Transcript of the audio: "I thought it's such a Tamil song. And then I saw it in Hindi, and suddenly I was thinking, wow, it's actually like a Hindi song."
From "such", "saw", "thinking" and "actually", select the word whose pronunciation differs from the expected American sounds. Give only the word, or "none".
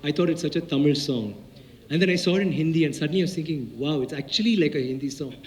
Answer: thinking